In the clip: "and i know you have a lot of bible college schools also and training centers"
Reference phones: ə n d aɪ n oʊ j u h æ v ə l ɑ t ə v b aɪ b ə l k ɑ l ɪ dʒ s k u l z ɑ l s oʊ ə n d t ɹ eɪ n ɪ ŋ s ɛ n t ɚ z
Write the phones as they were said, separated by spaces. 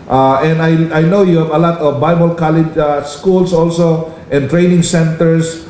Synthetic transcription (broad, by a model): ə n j aɪ n oʊ j u h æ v ə l ɑ t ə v b aɪ b ə l k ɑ l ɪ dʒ s k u l s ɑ l s oʊ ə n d t ɹ eɪ n ɪ ŋ s ɛ n t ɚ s